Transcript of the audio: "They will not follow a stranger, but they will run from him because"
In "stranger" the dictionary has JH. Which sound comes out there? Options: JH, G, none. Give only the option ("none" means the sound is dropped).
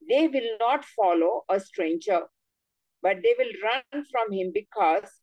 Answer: JH